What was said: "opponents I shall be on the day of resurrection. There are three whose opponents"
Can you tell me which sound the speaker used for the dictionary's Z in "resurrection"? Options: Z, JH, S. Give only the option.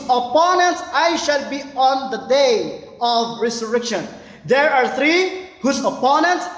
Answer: S